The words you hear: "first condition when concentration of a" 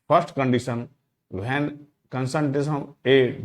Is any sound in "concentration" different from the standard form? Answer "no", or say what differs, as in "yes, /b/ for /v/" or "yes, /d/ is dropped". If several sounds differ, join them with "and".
yes, /ɹ/ is dropped and /s/ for /ʃ/